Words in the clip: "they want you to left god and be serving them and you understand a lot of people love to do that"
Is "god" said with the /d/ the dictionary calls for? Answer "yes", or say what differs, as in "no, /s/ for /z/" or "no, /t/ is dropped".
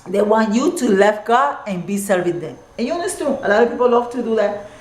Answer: no, /d/ is dropped